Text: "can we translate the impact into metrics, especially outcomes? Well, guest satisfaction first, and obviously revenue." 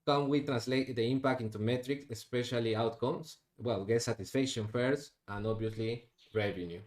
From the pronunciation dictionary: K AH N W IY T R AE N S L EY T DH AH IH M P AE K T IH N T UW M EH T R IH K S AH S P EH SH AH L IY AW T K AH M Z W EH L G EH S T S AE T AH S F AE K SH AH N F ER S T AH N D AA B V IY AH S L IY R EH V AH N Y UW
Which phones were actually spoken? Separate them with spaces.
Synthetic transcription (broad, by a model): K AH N W IY T R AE N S L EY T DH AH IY M P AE K T IH N T UW M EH T R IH K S AH S P EH SH AH L IY AW T K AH M S W EH L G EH T S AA T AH S F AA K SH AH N F ER S T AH N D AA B IY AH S L IY R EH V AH N Y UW